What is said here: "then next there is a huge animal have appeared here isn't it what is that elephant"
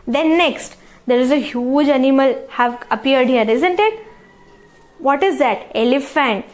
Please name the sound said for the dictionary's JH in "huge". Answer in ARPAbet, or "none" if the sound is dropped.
JH